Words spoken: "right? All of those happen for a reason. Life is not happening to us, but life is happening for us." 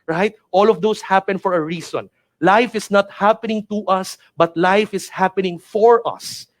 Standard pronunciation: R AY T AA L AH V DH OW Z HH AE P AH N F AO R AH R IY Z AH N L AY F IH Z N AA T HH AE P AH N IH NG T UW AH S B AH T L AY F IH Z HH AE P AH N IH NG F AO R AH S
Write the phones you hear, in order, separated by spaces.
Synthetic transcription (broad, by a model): R AY T AA L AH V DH OW S HH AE P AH N F AO R AH R IY S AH N L AY F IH S N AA T HH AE P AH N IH NG T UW AH S B AH T L AY F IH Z HH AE P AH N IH NG F AO R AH S